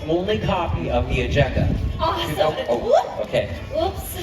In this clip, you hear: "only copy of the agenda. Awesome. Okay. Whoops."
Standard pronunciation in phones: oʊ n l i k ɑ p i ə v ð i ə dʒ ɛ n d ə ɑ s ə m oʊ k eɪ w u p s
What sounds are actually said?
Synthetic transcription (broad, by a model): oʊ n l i k ɑ p i ə v ð i ə dʒ ɛ n d ə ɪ ə oʊ k eɪ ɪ